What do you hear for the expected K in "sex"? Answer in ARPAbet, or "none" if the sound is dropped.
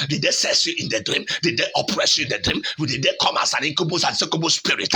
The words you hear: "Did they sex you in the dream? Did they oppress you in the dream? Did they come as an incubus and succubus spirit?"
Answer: none